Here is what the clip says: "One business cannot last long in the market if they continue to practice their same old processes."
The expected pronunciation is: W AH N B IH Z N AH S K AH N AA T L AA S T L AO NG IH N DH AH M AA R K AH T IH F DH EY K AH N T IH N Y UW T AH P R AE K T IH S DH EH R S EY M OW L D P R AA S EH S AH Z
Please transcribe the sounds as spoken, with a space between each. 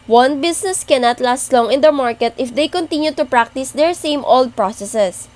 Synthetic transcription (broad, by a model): W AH N B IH S N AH S K AH N AA T L AA S T L AO NG IH N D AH M AA R K AH T IH F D EY K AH N T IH N Y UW T AH P R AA K T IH S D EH R S EY M OW L D P R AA S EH S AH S